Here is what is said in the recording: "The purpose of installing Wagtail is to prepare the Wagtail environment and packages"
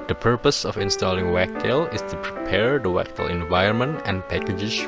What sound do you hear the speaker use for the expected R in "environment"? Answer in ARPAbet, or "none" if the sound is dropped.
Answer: none